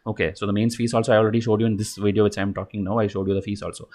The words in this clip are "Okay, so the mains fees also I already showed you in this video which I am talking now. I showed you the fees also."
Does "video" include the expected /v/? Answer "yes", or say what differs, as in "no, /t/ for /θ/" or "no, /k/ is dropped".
yes